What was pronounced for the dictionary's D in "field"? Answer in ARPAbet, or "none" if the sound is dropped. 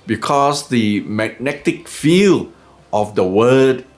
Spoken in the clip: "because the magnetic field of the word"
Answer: none